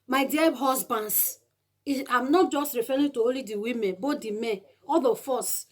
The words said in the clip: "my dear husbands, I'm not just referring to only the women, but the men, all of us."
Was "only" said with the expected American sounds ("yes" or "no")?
no